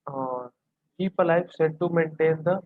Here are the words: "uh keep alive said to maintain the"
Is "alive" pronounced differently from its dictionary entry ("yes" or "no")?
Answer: yes